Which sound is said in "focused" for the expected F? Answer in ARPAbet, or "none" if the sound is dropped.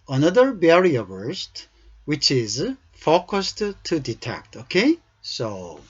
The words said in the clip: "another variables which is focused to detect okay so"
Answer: F